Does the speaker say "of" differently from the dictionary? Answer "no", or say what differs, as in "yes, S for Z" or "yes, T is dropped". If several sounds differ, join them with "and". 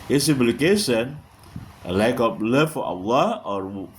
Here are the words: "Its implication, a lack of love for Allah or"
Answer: yes, B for V